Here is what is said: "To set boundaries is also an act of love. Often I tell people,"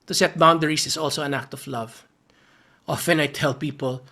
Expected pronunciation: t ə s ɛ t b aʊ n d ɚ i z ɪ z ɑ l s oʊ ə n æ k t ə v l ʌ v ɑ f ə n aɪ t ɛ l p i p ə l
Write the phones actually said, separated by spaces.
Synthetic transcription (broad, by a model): t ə s ɛ t b aʊ n d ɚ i s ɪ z ɑ l s oʊ ə n æ k t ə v l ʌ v ɑ f ə n aɪ t ɛ l p i p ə l